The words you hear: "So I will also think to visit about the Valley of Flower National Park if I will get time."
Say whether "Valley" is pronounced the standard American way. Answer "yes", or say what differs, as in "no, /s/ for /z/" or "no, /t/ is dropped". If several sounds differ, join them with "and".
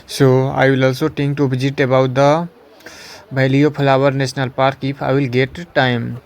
no, /b/ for /v/